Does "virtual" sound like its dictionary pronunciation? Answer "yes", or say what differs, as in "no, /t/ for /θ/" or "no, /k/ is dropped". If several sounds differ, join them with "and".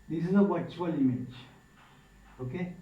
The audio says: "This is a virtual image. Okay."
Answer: no, /w/ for /v/